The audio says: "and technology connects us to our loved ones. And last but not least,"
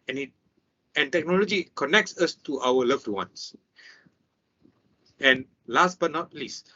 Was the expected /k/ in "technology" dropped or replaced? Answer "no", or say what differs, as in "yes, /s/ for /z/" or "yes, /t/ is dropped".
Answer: no